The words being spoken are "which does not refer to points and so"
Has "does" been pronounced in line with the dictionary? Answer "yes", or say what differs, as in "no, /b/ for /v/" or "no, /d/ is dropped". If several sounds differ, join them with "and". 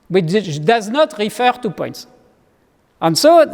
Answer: yes